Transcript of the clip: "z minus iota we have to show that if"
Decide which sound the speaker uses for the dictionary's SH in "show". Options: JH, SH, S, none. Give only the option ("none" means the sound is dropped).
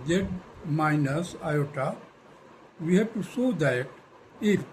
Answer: S